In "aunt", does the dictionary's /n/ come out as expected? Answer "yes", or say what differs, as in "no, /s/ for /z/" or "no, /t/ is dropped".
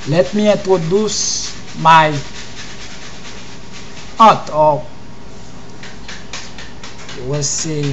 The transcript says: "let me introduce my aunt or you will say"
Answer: no, /n/ is dropped